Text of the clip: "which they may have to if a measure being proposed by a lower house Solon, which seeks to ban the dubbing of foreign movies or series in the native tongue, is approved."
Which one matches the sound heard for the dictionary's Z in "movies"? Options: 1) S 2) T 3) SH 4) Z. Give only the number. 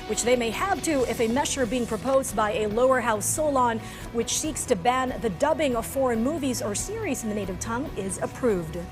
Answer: 4